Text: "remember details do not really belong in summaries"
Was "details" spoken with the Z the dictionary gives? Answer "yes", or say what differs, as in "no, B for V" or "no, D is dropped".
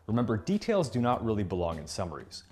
yes